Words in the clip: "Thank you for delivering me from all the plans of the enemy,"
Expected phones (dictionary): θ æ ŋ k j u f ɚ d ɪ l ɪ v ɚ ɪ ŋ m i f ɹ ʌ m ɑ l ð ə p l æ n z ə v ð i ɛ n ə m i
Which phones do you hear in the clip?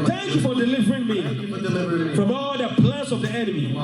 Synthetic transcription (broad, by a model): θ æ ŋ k j u f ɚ d ɪ l ɪ v ɚ ɪ ŋ m i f ɹ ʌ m ɑ l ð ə p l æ n s ə v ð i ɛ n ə m i